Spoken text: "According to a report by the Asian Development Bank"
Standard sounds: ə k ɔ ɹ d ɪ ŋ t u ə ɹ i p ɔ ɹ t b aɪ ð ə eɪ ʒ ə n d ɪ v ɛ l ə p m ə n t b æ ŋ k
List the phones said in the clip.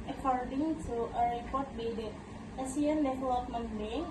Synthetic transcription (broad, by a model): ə k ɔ ɹ d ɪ ŋ t u ə ɹ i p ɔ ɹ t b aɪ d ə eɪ s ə n d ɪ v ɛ l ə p m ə n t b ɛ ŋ